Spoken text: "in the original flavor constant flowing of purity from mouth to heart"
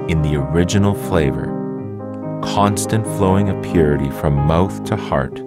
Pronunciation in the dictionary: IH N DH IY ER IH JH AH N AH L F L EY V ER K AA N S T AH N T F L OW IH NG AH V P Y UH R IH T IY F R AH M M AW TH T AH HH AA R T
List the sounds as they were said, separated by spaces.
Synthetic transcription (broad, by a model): IH N DH IY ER IH JH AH N L F L EY V ER K AA N S T AH N T F L OW IH NG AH P Y UH R IH T IY F R AH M M AW TH T AH HH AA R T